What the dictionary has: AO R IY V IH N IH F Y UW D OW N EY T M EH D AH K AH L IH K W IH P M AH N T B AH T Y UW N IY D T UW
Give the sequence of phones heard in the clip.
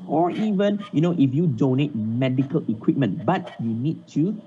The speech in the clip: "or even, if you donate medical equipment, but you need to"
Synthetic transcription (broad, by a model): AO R IY V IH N IH F Y UW D OW N EY T M EH D AH K AH L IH K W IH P M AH N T B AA T Y UW N IY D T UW